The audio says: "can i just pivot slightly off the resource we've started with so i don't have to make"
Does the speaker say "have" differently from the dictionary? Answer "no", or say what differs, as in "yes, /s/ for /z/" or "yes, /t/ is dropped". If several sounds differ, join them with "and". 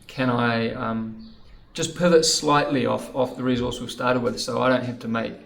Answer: yes, /f/ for /v/